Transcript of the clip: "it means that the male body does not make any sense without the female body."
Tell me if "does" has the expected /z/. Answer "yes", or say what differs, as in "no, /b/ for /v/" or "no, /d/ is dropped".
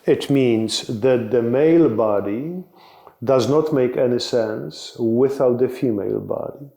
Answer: yes